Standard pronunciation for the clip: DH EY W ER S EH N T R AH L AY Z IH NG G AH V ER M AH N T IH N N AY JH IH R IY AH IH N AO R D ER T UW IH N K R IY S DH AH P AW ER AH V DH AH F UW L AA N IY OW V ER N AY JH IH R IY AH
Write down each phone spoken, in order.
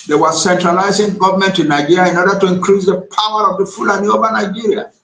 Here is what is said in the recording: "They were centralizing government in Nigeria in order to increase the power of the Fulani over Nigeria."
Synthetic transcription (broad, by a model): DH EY W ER S EH N T R AH L AY Z IH NG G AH V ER M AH N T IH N N AY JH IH R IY IH N AO R D ER T UW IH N K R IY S DH AH P AW ER AH V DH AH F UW L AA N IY OW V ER N AY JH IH R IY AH